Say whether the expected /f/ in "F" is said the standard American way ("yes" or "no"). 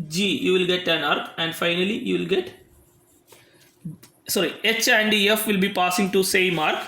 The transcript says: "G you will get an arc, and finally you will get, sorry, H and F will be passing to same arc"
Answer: yes